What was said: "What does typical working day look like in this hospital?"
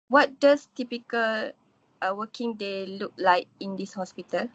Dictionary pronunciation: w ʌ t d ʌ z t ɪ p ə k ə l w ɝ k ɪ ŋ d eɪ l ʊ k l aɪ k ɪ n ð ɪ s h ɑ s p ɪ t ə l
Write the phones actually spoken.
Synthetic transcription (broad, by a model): w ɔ t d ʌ s t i p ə k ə l w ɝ k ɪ ŋ d eɪ l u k l aɪ k ɪ n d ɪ s h ɑ s p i t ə l